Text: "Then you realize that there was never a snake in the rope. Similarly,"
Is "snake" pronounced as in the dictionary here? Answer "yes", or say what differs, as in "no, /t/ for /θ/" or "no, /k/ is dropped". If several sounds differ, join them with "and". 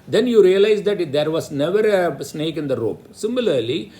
yes